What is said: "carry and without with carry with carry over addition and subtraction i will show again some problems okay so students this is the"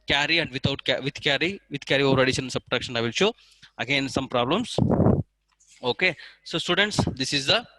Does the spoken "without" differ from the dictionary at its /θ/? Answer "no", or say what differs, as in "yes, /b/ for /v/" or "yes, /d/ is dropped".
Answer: yes, /t/ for /θ/